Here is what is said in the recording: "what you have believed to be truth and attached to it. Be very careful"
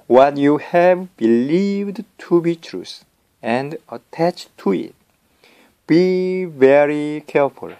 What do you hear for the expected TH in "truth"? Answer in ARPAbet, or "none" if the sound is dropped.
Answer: S